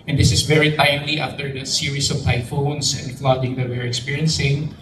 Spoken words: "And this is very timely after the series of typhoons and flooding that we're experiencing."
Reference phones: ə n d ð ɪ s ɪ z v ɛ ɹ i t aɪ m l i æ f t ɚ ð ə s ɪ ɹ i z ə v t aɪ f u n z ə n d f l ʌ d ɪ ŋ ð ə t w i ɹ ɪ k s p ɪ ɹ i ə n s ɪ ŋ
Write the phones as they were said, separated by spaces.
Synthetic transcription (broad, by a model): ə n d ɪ s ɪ s v ɛ ɹ i t aɪ m l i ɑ f t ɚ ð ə s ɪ ɹ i s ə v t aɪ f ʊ n s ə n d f l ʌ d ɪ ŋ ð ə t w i ɹ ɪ k s p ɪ ɹ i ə n s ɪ ŋ